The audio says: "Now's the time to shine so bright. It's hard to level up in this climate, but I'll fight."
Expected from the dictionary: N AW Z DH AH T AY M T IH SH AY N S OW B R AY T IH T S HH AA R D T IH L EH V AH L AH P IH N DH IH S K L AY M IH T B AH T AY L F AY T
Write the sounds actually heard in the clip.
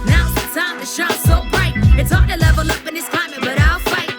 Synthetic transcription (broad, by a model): N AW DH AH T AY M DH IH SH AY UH S OW B R AY T IH T S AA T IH L EH V AH L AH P IH N DH IH S K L AY M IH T B AH T AY L F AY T